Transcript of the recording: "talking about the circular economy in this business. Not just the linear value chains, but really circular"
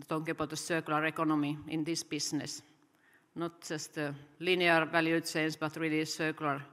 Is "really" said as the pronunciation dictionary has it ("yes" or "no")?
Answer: yes